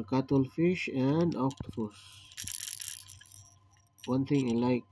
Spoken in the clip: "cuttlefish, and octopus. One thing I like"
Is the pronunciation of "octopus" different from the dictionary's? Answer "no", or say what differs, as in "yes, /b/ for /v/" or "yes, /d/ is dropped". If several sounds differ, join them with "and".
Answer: yes, /f/ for /p/